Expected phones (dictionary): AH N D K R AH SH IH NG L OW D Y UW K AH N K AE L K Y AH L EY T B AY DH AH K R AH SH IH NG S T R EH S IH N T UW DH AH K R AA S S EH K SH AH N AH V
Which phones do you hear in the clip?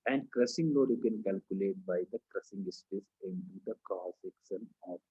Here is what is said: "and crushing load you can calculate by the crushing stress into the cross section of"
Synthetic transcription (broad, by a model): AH N D K R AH S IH NG L OW D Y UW K AH N K AE L K Y AH L EY T B AY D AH K R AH S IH NG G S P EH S IH N T UW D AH K AA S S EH K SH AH N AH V